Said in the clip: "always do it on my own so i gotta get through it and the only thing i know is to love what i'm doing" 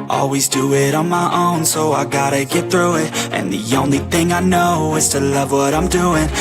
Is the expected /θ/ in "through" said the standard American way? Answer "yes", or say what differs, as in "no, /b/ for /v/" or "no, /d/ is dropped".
yes